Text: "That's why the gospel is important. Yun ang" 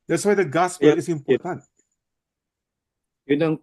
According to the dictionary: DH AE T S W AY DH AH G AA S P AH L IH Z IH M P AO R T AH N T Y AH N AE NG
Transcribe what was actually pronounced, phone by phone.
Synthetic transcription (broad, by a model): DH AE T S W AY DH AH G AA S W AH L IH S IH M P AO R T AH N T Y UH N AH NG